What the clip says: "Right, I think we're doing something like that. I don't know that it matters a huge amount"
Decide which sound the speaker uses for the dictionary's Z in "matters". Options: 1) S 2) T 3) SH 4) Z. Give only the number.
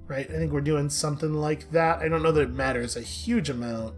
4